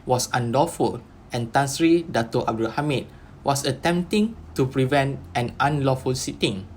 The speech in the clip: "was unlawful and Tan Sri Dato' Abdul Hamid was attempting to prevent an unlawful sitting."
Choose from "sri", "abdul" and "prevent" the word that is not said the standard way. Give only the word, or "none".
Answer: none